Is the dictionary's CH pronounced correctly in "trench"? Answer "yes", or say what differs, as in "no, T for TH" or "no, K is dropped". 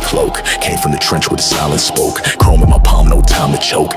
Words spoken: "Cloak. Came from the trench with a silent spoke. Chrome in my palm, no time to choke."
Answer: yes